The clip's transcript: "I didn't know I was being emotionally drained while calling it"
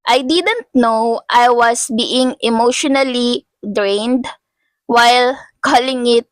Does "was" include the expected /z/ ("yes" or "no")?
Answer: no